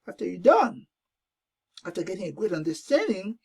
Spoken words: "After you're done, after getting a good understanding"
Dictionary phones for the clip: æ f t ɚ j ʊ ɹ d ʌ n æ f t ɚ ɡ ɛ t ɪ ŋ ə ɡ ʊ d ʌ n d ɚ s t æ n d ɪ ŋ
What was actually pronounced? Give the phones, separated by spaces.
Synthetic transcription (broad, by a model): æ f t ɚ j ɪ d ʌ n æ f t ɚ ɡ ɛ t ɪ ŋ ə ɡ ʊ d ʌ n d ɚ s t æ n d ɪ ŋ